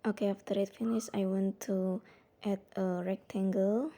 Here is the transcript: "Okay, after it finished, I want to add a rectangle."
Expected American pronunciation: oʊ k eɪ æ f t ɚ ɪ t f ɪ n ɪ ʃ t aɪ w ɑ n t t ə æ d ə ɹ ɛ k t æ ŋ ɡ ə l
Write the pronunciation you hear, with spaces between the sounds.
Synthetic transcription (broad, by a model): oʊ k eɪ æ f t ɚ ɪ t f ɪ n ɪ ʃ aɪ w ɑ n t t ə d ə ɹ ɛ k t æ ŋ ɡ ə l